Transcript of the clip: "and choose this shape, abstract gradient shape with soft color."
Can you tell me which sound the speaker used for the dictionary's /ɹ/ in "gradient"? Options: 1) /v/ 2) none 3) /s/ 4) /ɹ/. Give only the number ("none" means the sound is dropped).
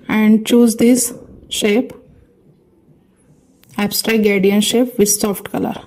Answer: 2